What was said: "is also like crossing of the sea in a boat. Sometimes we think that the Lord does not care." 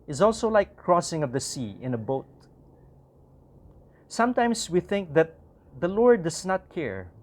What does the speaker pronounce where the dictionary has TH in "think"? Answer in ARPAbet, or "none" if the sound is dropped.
TH